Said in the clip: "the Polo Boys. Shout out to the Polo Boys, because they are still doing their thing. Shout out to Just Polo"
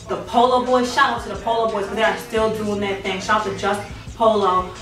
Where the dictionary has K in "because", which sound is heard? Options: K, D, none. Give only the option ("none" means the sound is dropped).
none